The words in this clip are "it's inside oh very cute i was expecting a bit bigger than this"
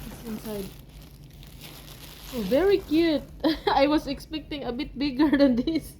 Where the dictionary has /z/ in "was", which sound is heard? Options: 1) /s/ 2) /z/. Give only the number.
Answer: 1